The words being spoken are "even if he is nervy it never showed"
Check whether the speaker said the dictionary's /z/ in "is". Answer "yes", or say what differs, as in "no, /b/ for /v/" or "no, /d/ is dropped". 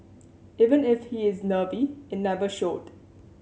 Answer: yes